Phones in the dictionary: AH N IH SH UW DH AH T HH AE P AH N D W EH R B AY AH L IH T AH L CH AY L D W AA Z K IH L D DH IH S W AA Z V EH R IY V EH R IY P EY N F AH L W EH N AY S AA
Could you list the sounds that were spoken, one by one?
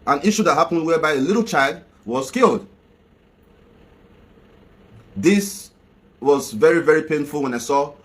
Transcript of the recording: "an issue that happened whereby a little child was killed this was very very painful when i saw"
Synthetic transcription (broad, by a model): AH N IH SH UW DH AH T HH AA P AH N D W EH B AY AH L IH T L CH AY L D W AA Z K IH L D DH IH S W AA Z V EH R IY V EH R IY P EY N F AH L W EH N AY S AA